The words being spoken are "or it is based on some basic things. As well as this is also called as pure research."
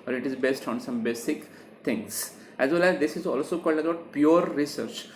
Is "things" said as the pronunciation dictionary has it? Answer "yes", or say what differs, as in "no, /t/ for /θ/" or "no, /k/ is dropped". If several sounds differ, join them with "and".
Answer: no, /t/ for /θ/